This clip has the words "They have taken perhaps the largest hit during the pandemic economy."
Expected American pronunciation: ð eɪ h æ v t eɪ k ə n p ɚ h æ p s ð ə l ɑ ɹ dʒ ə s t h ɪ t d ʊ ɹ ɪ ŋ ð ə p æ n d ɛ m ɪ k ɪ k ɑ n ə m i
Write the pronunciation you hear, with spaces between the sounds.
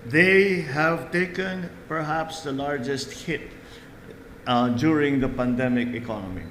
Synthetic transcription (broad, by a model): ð eɪ h æ v t eɪ k ə n p ɚ h æ p s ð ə l ɑ ɹ dʒ ə s t h ɪ t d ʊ ɹ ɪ ŋ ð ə p æ n d ɛ m ɪ k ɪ k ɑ n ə m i